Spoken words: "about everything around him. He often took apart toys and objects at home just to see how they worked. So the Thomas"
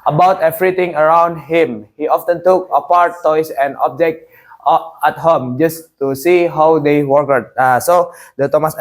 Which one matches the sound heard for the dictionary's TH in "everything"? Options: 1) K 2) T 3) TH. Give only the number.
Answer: 2